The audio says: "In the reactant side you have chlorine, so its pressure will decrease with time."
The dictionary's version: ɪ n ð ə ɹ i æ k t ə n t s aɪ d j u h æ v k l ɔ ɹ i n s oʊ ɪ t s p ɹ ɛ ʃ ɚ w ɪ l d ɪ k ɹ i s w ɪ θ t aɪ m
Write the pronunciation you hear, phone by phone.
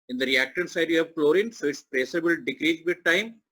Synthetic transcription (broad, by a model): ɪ n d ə ɹ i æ k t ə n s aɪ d j u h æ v k l ɔ ɹ i n s oʊ ɪ t s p ɹ ɛ s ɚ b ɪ l d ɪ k ɹ i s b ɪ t t aɪ m